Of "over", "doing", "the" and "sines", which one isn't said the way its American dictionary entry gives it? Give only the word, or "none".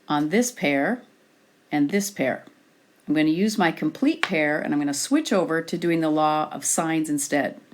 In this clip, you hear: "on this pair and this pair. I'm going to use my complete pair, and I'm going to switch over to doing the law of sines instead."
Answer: none